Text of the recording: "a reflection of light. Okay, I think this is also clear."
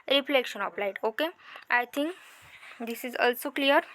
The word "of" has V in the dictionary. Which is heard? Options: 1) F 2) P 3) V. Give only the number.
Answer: 2